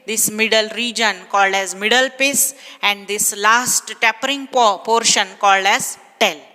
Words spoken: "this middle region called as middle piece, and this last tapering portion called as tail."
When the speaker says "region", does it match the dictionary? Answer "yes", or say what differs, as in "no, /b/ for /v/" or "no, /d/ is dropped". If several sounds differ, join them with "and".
yes